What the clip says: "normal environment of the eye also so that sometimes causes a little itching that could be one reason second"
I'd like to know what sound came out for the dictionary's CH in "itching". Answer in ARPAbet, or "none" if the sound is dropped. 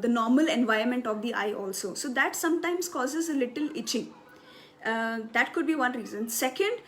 CH